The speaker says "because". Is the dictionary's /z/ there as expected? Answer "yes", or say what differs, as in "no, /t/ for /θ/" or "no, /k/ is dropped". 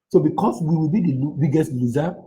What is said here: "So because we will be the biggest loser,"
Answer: no, /s/ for /z/